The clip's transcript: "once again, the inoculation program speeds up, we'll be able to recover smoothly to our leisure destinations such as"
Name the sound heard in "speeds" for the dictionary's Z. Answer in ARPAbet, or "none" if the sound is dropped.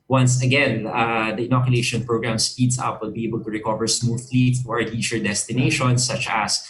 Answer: S